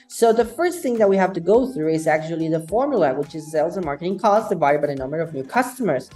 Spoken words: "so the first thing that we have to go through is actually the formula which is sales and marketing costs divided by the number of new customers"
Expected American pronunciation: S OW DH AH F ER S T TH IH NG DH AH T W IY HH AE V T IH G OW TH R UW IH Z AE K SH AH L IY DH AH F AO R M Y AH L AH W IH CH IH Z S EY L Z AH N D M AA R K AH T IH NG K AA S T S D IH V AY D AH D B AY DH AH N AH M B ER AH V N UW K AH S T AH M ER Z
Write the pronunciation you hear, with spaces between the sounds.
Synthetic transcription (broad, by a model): S OW DH AH F ER S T TH IH NG DH AH T W IY HH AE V T IH G OW TH R UW IH Z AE K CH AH L IY DH AH F AO R M Y AH L AH W IH CH IH Z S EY L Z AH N M AA R K AH T IH NG K AA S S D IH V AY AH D B AY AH N AH M B ER AH V N UW K AH S T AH M ER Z